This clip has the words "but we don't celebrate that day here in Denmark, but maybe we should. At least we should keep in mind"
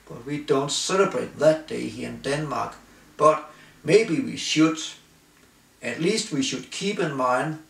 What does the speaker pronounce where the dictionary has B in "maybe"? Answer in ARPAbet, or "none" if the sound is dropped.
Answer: B